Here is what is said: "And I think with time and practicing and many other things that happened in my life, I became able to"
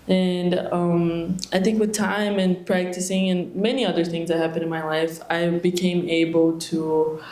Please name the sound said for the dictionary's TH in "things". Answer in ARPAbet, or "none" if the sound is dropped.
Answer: TH